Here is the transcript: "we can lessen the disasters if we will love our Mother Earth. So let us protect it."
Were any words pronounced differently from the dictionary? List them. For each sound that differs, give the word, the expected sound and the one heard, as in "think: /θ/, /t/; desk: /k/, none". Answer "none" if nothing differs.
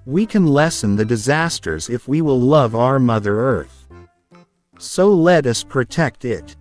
none